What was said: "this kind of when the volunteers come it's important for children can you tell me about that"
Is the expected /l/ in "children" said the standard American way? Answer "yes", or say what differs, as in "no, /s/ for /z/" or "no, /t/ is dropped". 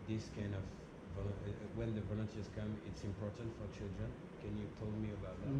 yes